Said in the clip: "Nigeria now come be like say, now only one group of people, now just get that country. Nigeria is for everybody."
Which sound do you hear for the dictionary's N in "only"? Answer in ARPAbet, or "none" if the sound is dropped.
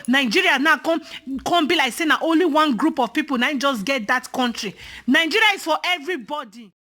N